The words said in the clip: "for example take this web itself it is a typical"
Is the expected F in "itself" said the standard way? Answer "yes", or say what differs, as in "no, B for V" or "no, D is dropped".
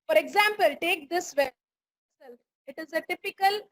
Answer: no, F is dropped